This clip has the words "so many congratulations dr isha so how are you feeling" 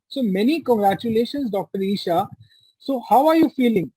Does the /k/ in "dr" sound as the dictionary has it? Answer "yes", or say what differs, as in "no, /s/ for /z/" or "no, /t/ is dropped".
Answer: yes